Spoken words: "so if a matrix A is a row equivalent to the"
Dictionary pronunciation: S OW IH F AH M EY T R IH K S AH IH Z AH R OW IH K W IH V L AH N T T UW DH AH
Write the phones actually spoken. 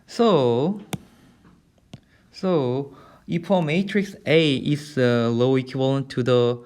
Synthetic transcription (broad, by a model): S OW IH P AH M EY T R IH K S AH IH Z AH L OW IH K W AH L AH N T T UW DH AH